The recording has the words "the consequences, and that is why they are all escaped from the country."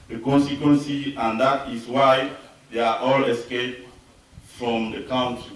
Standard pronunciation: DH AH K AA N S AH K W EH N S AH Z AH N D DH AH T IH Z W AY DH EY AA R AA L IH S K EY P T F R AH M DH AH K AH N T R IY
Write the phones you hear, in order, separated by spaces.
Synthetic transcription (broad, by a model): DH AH K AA N S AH K W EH N S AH AH N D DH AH T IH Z W AY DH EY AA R AA L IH S K EY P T F R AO M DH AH K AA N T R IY